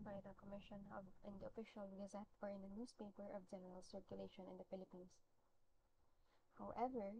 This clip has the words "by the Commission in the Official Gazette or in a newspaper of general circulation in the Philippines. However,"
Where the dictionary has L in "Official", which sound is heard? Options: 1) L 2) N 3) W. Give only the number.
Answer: 1